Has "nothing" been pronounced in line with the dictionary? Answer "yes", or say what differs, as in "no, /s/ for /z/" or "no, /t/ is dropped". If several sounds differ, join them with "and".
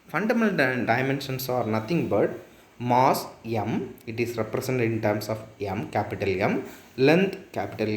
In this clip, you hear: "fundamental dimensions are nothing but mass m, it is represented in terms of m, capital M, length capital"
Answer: no, /t/ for /θ/